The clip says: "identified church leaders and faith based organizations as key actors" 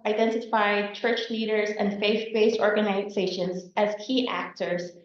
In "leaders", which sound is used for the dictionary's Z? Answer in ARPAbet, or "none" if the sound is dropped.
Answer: Z